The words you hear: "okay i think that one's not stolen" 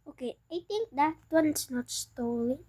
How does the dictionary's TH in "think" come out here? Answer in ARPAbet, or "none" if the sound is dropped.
T